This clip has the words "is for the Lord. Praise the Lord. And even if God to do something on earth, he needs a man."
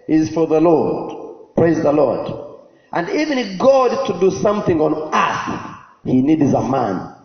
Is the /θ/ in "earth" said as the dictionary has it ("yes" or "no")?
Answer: no